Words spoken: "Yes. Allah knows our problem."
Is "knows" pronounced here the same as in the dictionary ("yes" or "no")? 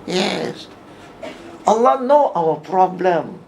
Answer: no